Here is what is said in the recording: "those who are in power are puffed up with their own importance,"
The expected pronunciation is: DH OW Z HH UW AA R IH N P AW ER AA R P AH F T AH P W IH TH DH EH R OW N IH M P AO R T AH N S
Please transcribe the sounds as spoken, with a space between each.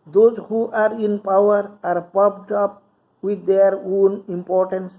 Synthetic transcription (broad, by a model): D OW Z HH UW AA R IH N P AW ER AA R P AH P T AH P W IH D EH R OW N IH M P AO R T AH N S